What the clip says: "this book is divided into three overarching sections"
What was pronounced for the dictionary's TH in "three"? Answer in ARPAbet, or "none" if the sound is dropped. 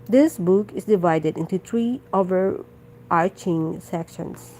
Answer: T